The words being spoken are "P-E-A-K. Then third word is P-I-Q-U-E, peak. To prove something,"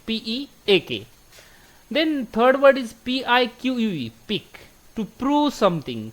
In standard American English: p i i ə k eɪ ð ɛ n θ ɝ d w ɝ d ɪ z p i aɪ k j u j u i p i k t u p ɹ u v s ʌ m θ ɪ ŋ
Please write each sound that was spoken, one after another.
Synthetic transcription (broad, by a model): p i i ə k eɪ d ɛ n t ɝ d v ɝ d ɪ z p i aɪ k j u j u i p i k t u p ɹ u v s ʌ m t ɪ ŋ